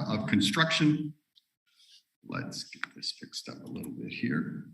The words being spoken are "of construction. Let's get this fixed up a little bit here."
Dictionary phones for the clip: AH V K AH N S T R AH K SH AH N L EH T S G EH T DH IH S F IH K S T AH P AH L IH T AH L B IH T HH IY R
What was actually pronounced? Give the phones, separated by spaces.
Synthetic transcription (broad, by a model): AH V K AH N S T R AH K SH AH N L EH T S G EH T DH IH S F IH K S T AH P AH L IH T L B IH T HH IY R